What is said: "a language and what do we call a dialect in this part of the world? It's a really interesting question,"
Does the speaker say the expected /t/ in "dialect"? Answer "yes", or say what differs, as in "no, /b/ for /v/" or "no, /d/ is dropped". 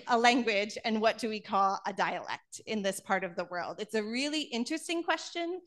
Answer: yes